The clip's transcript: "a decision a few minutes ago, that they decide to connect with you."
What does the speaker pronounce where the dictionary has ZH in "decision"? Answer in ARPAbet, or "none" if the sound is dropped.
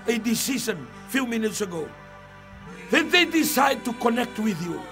S